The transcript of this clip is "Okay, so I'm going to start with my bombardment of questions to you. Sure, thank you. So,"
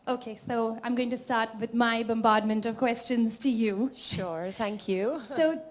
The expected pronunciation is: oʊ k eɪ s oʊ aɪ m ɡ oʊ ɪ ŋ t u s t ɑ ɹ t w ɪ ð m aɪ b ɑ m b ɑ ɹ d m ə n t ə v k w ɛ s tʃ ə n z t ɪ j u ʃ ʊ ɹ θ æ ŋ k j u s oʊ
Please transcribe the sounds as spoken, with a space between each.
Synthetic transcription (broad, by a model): oʊ k eɪ s oʊ aɪ m ɡ oʊ ɪ ŋ t u s t ɑ ɹ t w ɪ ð m aɪ b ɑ m b ɑ d m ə n t ə v k w ɛ s tʃ ə n z t ɪ j u ʃ ʊ ɹ θ æ ŋ k j u s oʊ